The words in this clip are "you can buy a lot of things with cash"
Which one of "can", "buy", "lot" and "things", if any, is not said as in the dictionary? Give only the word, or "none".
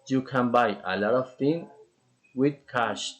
things